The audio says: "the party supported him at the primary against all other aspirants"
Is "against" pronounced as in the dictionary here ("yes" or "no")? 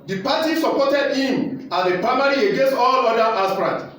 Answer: yes